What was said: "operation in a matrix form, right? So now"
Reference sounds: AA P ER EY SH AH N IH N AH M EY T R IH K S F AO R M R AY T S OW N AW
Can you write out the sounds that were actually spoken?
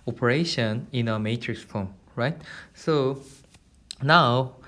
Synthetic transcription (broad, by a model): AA P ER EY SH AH N IH N AH M EY T R IH K S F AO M R AY T S OW N AW